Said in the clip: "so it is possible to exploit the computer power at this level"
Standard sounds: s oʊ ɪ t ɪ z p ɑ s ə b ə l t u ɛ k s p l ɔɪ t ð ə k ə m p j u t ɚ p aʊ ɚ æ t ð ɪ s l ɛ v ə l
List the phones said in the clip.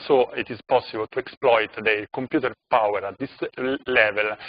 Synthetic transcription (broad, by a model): s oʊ ɪ t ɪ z p ɑ s ə b ə l t u ɛ k s p l ɔɪ t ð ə k ə m p j u t ɚ p aʊ ɚ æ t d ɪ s l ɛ v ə l